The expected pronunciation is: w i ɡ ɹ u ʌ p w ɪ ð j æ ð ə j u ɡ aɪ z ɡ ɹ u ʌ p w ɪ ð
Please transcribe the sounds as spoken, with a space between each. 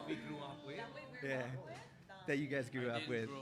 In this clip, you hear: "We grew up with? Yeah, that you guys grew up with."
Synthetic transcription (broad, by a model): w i ɡ ɹ u ʌ p w ɪ ð j æ ð ə j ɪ ɡ aɪ z ɡ ɹ u ʌ p w ɪ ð